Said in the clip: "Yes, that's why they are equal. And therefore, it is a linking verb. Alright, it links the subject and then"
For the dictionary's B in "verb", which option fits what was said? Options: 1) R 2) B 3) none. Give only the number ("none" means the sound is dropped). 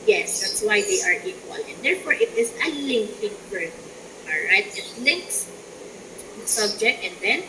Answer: 3